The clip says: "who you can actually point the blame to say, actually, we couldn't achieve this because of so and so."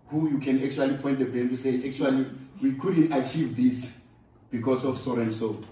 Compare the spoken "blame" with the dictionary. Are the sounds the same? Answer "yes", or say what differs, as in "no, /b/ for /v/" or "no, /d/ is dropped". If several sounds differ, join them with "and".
no, /l/ is dropped